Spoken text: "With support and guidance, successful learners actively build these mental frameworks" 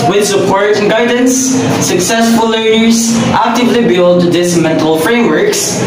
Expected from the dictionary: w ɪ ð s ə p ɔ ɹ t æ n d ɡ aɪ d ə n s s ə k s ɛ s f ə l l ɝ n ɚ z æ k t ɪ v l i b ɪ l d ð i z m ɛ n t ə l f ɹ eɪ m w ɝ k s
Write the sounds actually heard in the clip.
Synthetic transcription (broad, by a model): w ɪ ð s ə p ɔ ɹ t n ɡ aɪ d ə n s s ə k s ɛ s f ə l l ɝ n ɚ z æ k t ɪ v l i b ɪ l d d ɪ s m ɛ n t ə l f ɹ eɪ m w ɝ k s